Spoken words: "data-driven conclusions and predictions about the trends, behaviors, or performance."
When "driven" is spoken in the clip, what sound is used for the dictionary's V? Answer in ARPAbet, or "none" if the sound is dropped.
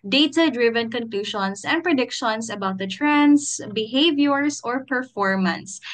V